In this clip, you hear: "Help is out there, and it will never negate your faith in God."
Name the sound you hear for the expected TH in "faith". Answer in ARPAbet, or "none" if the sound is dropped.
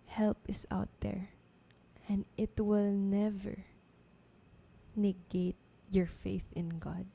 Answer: TH